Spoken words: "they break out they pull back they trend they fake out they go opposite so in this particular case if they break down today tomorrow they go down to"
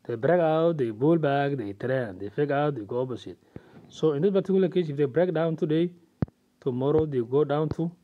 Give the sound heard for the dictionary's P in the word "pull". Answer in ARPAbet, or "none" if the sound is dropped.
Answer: B